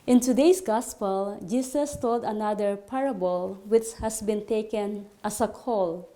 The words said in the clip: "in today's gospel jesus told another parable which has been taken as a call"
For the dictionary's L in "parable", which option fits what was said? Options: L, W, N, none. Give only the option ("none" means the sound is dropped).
L